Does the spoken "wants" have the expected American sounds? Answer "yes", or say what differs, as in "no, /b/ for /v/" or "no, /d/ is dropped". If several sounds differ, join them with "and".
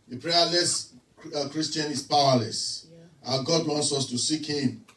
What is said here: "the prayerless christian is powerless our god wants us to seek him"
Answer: yes